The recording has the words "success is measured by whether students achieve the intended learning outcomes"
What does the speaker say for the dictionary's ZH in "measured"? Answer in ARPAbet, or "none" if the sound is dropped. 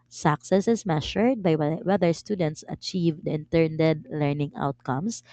SH